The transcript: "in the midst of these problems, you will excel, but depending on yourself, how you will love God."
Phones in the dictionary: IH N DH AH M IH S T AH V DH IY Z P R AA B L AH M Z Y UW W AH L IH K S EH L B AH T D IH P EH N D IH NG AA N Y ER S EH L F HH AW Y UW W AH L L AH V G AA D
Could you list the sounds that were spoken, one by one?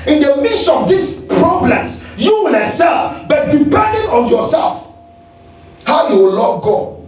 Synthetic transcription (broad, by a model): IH N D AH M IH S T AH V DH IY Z P R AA B L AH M S Y UW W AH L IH S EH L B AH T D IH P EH N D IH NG AA N Y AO S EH L F HH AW Y UW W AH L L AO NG G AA